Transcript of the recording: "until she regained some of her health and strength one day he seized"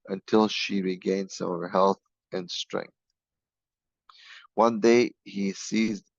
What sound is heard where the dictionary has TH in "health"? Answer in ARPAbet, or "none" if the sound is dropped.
TH